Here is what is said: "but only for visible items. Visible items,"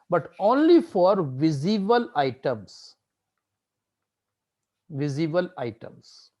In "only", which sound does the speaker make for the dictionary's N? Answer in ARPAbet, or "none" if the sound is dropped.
N